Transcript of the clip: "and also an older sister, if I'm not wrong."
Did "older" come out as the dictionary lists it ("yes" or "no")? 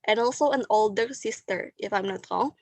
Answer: yes